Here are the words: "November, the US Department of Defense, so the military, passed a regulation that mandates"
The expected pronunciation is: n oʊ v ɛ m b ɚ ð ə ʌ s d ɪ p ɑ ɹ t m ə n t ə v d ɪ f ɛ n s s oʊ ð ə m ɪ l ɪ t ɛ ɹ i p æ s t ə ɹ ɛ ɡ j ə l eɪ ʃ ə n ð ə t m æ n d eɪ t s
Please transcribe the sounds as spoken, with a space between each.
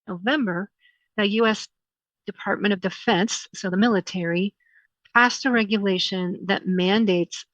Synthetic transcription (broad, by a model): n oʊ v ɛ m b ɚ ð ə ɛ s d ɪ p ɑ ɹ t m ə t ə v d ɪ f ɛ n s s oʊ ð ə m ɪ l ɪ t ɛ ɹ i p æ s t ə ɹ ɛ ɡ j ə l eɪ ʃ ə n ð ə t m æ n d eɪ t s